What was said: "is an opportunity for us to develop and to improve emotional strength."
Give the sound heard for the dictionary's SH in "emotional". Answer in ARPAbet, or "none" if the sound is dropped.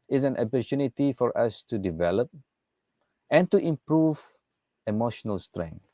SH